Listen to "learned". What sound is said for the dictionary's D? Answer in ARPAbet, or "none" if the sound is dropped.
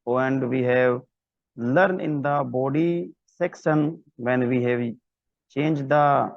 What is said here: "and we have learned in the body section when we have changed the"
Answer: none